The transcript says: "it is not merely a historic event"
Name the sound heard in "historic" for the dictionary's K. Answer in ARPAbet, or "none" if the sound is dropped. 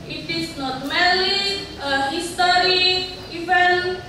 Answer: none